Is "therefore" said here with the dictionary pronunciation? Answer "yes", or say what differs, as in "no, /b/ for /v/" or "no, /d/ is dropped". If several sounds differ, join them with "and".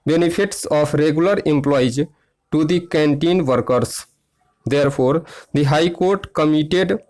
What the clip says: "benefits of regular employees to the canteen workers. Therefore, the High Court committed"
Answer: no, /p/ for /f/